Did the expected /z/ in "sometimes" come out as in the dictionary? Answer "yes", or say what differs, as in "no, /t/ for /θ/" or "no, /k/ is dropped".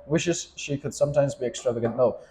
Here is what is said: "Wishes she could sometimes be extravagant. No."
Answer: yes